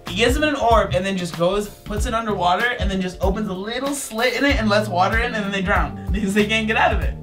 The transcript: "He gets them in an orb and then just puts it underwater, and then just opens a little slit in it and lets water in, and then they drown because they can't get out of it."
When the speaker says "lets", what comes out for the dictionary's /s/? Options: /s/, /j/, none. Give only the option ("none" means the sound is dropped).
/s/